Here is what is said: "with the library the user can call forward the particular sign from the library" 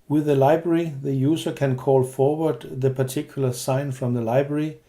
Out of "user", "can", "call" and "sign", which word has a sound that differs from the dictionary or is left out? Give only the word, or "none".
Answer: user